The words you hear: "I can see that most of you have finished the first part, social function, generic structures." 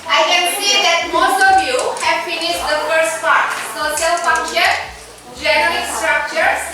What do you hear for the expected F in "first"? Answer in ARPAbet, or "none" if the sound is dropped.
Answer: F